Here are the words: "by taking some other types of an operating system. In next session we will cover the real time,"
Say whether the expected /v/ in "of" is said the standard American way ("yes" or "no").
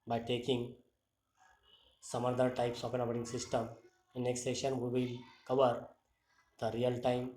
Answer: no